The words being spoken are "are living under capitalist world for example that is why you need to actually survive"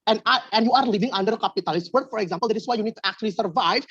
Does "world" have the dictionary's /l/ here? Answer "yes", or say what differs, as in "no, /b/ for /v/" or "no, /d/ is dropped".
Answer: no, /l/ is dropped